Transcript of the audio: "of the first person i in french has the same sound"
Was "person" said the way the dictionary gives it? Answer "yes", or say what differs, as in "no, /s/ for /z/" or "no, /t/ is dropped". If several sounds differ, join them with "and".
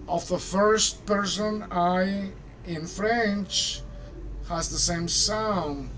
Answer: yes